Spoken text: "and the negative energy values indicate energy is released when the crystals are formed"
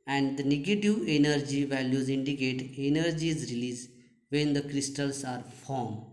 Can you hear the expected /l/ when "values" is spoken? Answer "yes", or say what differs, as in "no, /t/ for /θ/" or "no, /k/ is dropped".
yes